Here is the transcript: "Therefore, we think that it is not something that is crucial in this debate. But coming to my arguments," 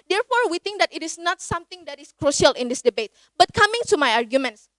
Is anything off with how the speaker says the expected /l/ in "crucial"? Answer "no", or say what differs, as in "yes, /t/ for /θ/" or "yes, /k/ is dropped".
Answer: no